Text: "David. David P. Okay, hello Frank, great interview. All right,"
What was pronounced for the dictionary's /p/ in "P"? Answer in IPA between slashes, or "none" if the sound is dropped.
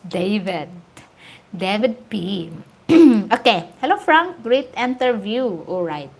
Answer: /p/